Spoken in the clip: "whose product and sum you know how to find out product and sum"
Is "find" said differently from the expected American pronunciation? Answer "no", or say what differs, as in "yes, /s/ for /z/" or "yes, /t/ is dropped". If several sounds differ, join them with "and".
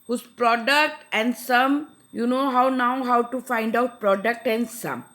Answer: no